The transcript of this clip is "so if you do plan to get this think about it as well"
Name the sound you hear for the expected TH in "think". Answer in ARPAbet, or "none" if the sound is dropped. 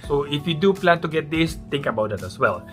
T